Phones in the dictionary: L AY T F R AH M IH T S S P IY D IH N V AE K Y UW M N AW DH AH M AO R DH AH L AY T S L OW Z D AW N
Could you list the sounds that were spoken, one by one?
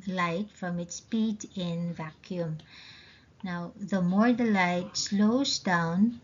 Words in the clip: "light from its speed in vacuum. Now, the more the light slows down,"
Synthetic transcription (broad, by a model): L AY T F R AH M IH T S S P IY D IH N V AE K Y UW M N AW DH AH M AO R DH AH L AY T S L OW Z D AW N